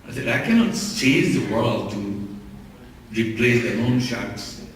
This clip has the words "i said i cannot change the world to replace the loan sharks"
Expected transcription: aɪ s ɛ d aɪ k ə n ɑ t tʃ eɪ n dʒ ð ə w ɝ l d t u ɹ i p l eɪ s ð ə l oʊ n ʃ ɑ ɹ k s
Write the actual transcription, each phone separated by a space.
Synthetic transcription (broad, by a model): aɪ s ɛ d aɪ k ə n ɑ t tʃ eɪ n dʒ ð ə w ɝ l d t u ɹ i p l eɪ s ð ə n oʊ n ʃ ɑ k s